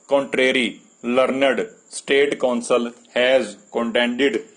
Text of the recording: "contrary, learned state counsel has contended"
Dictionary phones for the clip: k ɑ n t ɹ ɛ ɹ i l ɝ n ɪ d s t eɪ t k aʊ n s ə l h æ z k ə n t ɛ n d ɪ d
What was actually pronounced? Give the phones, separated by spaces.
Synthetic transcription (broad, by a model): k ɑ n t ɹ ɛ ɹ i l ɝ n ɪ d s t eɪ t k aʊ n s ə l h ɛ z k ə n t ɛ n d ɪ d